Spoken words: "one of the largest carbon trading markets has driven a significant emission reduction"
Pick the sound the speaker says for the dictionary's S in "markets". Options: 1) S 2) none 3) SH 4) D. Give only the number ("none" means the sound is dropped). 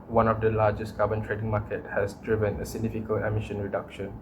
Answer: 2